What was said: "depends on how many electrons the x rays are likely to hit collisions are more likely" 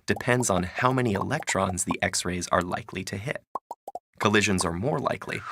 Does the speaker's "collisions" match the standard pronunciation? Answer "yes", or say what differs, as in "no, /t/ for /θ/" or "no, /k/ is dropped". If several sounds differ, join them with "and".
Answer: yes